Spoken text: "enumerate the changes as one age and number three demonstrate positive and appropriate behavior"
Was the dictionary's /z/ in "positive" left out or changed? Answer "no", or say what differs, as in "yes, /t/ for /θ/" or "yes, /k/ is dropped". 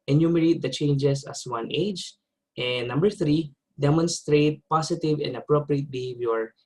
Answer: yes, /s/ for /z/